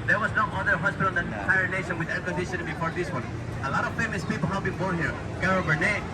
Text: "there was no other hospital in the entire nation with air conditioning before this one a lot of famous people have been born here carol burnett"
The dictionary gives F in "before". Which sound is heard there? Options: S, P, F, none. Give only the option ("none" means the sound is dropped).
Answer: P